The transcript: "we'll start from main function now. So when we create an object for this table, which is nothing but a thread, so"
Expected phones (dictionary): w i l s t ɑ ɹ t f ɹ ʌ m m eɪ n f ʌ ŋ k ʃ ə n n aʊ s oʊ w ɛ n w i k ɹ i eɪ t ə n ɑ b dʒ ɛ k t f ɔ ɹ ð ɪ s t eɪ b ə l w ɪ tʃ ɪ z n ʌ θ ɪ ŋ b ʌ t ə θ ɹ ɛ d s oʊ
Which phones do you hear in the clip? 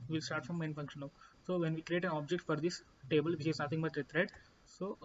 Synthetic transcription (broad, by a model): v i l s t ɑ ɹ t f ɹ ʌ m m eɪ n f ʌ ŋ k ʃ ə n n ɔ s oʊ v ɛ n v i k ɹ i eɪ t ə n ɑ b dʒ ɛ k t f ɔ ɹ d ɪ s t eɪ b ə l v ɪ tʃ ɪ z n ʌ t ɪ ŋ b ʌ t ə t ɹ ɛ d s oʊ